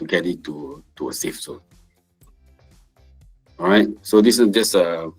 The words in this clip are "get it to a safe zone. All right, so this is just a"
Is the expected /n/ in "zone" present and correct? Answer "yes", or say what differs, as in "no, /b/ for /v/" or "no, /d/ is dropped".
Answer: no, /n/ is dropped